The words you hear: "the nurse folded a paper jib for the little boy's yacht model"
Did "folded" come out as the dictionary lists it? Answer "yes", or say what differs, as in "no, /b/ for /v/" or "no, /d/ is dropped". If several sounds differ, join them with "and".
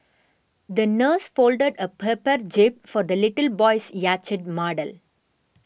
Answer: yes